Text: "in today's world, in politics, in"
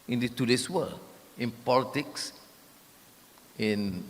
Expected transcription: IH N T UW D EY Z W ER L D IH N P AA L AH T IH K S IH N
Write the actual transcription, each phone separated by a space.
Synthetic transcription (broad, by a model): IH N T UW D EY S W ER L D IH N P AA L AH T IH K S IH N